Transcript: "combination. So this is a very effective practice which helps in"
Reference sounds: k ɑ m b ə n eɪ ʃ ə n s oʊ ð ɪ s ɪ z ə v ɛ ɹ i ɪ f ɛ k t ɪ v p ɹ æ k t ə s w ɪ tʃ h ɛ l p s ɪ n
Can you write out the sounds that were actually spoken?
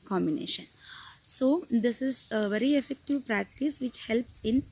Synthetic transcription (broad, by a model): k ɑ m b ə n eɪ ʃ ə n s oʊ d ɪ s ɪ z ə v ɛ ɹ i ɪ f ɛ k t ɪ v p ɹ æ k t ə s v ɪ tʃ h ɛ l p s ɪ n